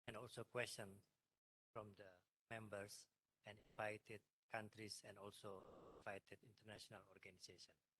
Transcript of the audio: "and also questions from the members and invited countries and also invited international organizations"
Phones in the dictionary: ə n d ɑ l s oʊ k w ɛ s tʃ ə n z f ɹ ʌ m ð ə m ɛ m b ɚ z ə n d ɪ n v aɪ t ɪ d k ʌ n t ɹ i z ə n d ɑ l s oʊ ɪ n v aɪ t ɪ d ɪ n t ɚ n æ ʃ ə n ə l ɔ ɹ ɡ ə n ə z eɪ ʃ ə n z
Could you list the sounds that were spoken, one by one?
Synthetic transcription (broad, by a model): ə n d ɑ l s oʊ k w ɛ s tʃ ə n f ɹ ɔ m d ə m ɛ m b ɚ s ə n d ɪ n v aɪ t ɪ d k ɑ n t ɹ i s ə n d ɑ l s oʊ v aɪ t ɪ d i n t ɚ n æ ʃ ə n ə l ɔ ɹ ɡ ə n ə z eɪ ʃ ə n